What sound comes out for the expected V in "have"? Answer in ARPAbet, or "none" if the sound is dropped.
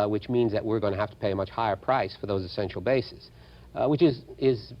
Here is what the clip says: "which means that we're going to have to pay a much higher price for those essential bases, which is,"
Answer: F